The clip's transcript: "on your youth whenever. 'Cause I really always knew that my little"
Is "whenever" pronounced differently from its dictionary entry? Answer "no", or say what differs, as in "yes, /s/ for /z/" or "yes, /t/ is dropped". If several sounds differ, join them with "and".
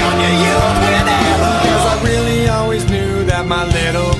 yes, /n/ is dropped